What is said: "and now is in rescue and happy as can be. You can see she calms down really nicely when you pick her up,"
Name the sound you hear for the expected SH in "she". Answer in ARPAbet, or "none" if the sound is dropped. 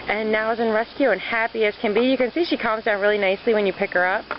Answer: SH